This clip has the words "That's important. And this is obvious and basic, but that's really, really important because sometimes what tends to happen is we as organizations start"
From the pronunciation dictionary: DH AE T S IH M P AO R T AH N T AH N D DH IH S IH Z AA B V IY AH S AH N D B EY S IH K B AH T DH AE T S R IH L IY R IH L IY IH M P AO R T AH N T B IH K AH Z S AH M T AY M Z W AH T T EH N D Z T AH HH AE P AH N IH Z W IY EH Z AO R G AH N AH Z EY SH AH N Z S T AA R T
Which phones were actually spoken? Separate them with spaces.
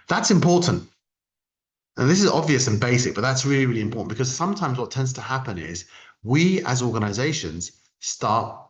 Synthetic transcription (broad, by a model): DH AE T S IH M P AO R T N T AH N DH IH S IH Z AA B V IY AH S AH N B EY S IH K B AH T DH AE T S R IH L IY R IH L IY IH M P AO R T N B IH K AH Z S AH M T AY M Z W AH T T EH N D Z T AH HH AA P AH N IH Z W IY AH Z AO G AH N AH Z EY SH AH N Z S T AA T